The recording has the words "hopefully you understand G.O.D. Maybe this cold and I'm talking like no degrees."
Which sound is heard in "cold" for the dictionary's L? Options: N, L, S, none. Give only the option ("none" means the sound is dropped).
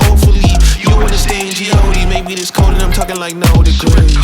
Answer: none